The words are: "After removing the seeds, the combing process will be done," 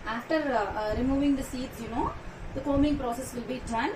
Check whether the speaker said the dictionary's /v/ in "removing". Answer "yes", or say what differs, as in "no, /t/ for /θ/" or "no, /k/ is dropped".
yes